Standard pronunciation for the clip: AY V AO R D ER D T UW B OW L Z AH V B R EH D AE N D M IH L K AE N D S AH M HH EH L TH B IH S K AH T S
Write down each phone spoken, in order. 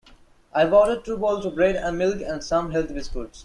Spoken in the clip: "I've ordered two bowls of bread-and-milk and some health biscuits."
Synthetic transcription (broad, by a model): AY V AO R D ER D T UW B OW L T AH B R EH D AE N M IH L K AE N D S AH M HH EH L T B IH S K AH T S